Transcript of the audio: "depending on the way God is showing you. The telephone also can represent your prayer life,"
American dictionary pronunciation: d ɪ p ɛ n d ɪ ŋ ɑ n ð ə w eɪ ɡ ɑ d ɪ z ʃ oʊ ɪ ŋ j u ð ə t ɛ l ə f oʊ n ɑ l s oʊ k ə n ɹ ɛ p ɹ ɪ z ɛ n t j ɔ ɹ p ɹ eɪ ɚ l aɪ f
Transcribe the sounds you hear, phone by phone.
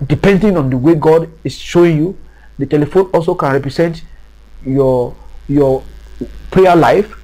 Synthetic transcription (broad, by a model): d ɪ p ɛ n d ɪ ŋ ɑ n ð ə w eɪ ɡ ɑ d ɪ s ʃ oʊ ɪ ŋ j u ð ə t ɛ l ə f oʊ n ɑ l s oʊ k ə n ɹ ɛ p ɹ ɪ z ɛ n t j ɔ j p ɹ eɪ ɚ l aɪ f